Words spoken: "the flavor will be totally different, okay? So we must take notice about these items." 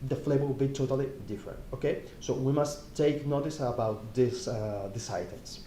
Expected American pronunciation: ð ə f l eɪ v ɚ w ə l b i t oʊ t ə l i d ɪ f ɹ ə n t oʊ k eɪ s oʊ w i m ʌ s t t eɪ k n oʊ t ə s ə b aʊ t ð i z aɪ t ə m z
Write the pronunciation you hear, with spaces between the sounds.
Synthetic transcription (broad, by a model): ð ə f l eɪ b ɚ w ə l b i t oʊ t ə l i d ɪ f ɹ ə n t oʊ k eɪ s oʊ w i m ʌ s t t eɪ k n oʊ t ə s ə b aʊ t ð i s aɪ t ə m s